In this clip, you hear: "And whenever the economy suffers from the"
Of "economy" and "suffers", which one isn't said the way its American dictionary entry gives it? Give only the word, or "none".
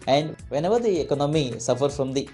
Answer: suffers